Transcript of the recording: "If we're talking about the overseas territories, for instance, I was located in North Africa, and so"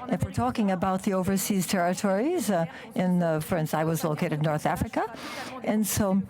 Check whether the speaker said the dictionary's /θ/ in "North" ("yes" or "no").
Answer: yes